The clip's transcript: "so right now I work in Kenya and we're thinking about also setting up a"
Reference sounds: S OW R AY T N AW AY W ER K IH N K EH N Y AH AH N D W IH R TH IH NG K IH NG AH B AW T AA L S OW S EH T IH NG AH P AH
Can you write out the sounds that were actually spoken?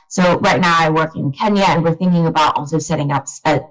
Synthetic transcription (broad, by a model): S OW R AY T N AW AY W ER K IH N K EH N Y AH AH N W IH R TH IH NG K IH NG AH B AW T AA L S OW S EH T IH NG AH P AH